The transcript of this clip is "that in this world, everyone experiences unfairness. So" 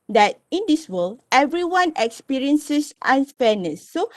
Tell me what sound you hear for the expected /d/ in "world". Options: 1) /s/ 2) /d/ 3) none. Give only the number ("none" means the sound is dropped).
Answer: 3